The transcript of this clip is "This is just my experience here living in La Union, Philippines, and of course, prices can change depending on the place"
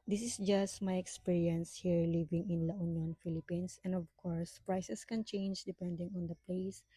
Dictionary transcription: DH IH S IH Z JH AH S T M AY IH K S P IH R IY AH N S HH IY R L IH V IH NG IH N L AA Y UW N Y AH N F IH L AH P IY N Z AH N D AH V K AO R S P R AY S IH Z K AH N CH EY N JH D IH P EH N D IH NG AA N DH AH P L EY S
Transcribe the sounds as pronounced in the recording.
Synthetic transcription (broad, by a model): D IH S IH S JH AH S T M AY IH K S P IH R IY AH N S HH IY R L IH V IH NG IH N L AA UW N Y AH N F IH L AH P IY N S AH N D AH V K AO R S P R AY S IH S K AH N CH EY N JH D IH P EH N D IH NG AA N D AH P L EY S